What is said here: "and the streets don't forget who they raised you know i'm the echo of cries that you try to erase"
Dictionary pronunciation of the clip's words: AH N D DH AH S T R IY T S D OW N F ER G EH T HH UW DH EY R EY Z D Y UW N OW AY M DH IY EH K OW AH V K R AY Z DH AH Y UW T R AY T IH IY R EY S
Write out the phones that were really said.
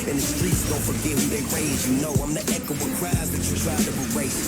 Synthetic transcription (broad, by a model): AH N DH AH S T R IY T S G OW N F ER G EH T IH DH EY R EY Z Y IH N OW AY M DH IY EH K OW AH W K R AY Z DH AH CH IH T R AY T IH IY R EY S